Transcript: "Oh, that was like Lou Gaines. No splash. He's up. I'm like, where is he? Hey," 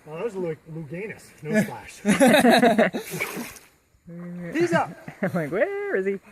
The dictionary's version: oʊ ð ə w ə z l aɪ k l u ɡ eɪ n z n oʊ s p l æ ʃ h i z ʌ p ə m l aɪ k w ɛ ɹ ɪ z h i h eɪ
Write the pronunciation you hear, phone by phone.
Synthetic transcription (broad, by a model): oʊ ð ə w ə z l aɪ k l u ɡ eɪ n s n oʊ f l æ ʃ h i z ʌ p ə m l aɪ k w ɛ ɹ ɪ z i